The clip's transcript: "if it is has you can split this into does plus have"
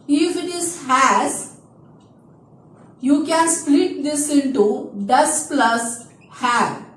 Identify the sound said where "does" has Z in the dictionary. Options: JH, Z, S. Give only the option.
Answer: S